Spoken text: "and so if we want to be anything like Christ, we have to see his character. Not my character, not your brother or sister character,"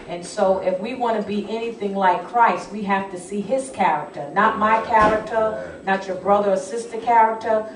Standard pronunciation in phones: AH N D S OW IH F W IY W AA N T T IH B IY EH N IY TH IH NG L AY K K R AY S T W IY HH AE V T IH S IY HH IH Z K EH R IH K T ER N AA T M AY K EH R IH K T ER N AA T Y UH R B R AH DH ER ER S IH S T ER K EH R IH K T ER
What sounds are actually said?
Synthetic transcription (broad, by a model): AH N S OW IH F W IY W AA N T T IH B IY EH N IY TH IH NG L AY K K R AY S T W IY HH AE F T IH S IY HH IH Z K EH R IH K T ER N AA T M AY K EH R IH K T ER N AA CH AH R B R AH DH ER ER S IH S T ER K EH R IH K T ER